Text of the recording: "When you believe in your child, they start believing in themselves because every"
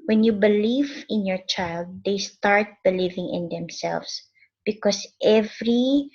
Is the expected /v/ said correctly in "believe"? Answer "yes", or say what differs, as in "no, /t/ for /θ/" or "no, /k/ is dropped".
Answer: yes